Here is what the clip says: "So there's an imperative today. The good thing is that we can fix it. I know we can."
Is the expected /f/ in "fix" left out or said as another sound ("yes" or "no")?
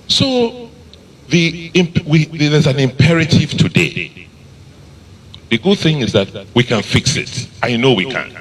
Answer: no